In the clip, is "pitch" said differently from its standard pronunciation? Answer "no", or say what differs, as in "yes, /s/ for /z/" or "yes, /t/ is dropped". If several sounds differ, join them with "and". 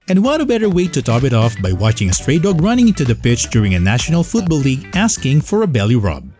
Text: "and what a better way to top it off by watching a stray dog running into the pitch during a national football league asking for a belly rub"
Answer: no